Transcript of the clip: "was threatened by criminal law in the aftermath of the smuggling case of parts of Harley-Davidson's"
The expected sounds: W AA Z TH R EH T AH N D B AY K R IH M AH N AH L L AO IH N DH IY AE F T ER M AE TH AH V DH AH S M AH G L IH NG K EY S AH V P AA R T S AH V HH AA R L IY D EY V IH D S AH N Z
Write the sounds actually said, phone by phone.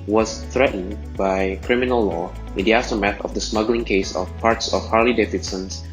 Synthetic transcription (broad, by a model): W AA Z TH R EH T N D B AY K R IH M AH N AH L L AO IH N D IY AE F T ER M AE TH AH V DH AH S M AH G L IH NG K EY S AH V P AA R T S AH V HH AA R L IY D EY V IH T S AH N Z